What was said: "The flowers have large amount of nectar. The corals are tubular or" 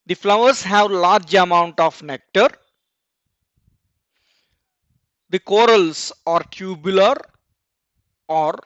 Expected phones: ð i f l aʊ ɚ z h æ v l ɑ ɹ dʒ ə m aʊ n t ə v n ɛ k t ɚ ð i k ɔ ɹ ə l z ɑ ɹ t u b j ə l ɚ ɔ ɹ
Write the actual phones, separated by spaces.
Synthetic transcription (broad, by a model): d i f l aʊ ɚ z h æ v l ɑ ɹ dʒ ə m aʊ n t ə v n ɛ k t ɚ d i k ɔ ɹ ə l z ɑ ɹ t u b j l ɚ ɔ ɹ